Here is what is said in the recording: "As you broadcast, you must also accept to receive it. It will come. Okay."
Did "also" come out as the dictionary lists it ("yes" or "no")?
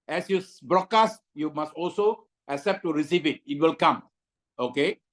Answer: yes